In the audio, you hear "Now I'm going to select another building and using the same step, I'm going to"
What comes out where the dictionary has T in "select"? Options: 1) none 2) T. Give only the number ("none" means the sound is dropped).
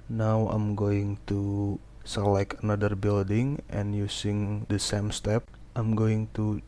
1